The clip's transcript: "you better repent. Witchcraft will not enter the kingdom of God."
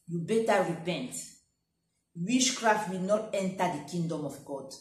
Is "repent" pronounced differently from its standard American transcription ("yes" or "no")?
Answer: no